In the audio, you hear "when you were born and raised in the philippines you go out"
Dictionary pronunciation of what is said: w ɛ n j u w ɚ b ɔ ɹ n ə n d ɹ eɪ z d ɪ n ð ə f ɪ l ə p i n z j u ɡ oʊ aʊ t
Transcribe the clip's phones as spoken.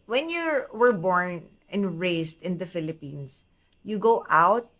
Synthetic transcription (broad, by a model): w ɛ n j u w ɚ b ɔ ɹ n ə n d ɹ eɪ s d ɪ n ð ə f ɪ l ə p i n s j u ɡ oʊ aʊ t